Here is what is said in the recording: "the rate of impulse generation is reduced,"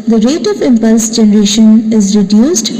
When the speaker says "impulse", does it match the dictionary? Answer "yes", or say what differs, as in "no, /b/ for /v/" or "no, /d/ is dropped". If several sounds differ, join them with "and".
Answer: yes